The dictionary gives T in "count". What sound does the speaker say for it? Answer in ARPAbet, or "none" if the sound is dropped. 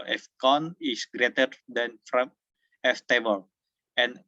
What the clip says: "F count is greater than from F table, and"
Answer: none